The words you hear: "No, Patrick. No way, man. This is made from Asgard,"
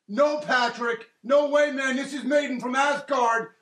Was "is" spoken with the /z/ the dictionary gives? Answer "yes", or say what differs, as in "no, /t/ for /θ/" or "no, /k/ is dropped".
yes